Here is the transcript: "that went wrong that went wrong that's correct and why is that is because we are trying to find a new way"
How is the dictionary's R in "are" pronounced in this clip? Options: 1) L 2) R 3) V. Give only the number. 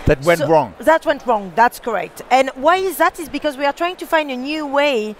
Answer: 2